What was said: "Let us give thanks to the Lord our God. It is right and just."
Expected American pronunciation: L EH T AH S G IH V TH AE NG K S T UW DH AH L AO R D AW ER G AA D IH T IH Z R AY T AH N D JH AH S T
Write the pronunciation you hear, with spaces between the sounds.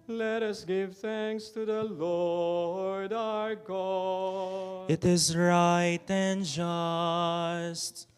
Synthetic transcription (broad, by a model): L EH T AH S G IH V TH AE NG K S T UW DH AH L AO R D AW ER G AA IH T IH Z R AY T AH N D JH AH S T